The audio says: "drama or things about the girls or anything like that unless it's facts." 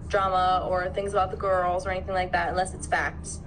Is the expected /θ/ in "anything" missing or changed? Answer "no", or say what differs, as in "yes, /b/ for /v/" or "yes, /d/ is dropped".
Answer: no